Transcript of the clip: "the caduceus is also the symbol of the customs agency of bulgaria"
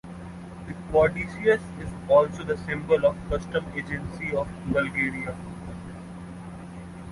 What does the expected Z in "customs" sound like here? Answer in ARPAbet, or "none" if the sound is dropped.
none